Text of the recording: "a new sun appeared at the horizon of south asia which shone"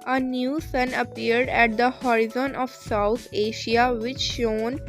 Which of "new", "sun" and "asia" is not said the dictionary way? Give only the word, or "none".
asia